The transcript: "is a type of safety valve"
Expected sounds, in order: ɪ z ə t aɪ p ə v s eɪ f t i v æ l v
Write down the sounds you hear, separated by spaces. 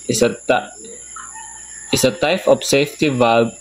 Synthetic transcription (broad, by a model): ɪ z ə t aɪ f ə p s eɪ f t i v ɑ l